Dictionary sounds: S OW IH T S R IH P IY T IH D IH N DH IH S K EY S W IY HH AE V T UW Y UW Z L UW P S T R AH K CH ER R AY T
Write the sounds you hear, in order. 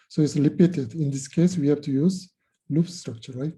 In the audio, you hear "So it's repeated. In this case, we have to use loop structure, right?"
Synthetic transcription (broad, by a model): S OW IH T S L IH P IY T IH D IH N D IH S K EY S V IY HH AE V T UW Y UW Z L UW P S T R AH K CH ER R AY T